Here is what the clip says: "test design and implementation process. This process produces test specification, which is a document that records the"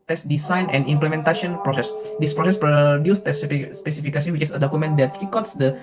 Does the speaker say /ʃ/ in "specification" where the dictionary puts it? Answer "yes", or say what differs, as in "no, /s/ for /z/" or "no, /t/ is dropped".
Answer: no, /s/ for /ʃ/